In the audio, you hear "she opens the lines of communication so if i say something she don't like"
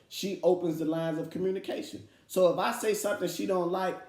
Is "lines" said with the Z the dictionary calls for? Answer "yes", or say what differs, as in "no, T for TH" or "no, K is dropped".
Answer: yes